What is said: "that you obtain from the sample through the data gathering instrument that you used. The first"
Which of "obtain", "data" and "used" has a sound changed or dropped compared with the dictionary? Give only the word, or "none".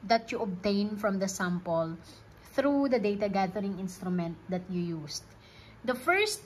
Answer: used